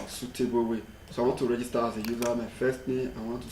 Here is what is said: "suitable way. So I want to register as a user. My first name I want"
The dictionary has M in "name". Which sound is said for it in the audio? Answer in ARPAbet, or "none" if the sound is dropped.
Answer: none